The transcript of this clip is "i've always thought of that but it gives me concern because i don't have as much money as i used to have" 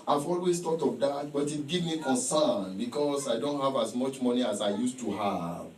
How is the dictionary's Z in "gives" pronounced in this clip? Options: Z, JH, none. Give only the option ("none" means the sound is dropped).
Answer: none